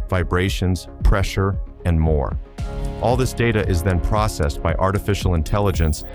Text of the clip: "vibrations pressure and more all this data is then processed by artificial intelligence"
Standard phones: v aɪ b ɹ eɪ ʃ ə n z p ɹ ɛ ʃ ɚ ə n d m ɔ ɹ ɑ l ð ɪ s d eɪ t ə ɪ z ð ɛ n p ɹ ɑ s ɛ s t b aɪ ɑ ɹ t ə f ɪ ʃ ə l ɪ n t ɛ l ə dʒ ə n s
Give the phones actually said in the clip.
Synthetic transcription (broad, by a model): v aɪ b ɹ eɪ ʃ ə n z p ɹ ɛ ʃ ɚ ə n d m ɔ ɹ ɑ l ð ɪ s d eɪ t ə ɪ z ð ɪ n p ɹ ɑ s ɛ s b aɪ ɑ ɹ t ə f ɪ ʃ l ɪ n t ɛ l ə dʒ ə n s